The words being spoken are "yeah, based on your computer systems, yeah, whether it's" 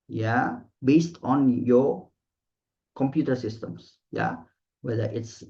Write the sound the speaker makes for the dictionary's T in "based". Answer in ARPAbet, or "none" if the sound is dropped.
T